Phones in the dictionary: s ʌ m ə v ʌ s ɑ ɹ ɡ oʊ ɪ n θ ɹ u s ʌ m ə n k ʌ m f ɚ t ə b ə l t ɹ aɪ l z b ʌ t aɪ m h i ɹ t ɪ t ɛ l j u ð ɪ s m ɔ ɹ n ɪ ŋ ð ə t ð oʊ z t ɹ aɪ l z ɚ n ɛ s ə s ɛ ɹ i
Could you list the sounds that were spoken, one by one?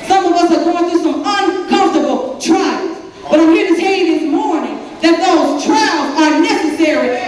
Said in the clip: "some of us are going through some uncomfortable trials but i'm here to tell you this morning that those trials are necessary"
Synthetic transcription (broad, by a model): s ʌ m ə v ʌ s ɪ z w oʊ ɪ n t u s ʌ m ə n k ʌ m f t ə b l t ɹ aɪ l z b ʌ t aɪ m h i ɹ t ɪ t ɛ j ð ɪ s m ɔ ɹ n ɪ ŋ ð ə t ð oʊ z t ɹ aɪ l z ɚ n ɛ s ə s ɛ ɹ i